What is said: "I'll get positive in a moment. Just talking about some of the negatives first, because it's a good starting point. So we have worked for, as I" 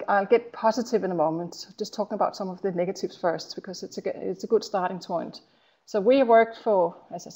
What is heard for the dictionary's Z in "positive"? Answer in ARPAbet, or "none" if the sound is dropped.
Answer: Z